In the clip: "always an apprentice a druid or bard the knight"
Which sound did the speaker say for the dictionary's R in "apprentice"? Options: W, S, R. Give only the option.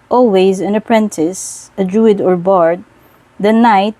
R